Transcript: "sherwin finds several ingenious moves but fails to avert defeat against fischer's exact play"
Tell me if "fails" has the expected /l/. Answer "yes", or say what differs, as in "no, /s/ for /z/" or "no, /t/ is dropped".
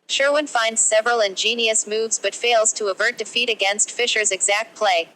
yes